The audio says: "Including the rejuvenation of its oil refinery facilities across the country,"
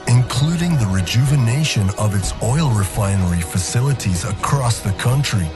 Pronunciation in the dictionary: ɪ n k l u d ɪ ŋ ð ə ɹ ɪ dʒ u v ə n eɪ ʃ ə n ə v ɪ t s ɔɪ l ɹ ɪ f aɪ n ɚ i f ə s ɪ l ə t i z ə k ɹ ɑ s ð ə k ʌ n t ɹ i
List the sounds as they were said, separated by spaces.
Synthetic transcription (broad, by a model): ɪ n k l u d ɪ ŋ ð ə ɹ ɪ dʒ u v ə n eɪ ʃ ə n ə v ɪ t s ɔɪ l ɹ ɪ f aɪ n ɚ i f ə s ɪ l ə t i z ə k ɹ ɑ s ð ə k ʌ n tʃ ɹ i